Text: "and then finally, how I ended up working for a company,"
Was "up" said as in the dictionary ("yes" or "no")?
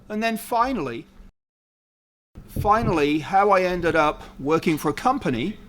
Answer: yes